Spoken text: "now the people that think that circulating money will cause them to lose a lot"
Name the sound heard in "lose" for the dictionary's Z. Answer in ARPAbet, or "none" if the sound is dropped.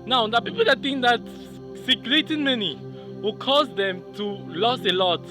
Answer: S